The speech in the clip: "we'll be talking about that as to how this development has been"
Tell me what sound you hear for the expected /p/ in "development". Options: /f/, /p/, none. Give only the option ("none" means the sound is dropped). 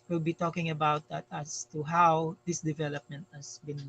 /p/